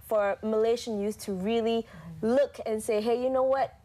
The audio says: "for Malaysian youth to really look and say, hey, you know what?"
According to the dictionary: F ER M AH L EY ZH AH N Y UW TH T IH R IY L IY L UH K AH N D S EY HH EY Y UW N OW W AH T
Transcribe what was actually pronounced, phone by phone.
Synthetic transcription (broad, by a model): F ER M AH L EY SH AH N Y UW S T IH R IY L IY L UH K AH N S EY HH EY Y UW N OW W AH T